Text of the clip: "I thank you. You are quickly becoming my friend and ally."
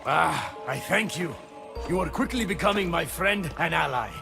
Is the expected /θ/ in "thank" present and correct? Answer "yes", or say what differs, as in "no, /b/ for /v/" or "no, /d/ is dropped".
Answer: yes